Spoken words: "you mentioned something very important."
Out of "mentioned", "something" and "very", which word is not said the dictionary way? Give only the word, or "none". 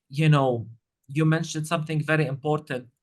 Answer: none